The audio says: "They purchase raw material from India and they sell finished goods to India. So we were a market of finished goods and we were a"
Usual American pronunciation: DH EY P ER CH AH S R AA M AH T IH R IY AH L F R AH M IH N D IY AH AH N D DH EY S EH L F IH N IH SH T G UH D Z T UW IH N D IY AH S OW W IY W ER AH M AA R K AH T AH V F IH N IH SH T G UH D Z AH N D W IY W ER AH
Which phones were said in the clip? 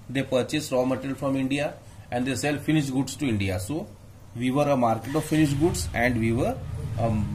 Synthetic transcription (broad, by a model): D EY P ER CH AH S R AA M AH T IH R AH L F R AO M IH N D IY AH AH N D EY S EH L F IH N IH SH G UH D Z T UW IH N D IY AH S OW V IY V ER AH M AA R K AH T AH V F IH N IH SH G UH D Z AH N D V IY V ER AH